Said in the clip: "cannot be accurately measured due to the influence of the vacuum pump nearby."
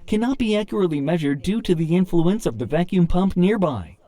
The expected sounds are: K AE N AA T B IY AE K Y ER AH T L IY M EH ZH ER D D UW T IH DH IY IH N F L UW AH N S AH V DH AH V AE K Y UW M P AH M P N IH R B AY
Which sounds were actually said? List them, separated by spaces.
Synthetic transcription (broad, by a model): K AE N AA T B IY AE K Y ER AH T L IY M EH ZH ER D D UW T IH DH IY IH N F L UW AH N S AH V DH AH V AE K Y UW M P AH M P N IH R B AY